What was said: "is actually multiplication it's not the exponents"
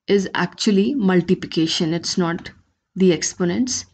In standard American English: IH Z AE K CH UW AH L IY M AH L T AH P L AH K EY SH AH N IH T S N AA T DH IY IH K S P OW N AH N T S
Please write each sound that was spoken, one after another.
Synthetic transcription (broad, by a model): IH Z AE K CH UW AH L IY M AH L T AH P L AH K EY SH AH N IH T S N AA T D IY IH K S P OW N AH N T S